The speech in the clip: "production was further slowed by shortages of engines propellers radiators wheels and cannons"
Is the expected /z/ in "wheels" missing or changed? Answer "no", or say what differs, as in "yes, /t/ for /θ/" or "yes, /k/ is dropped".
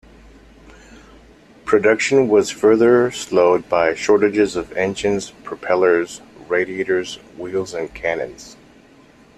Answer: no